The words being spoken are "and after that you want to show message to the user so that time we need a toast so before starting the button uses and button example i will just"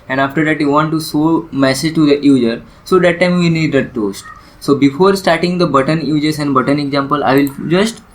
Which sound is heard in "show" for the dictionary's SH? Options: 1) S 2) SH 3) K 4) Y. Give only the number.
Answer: 1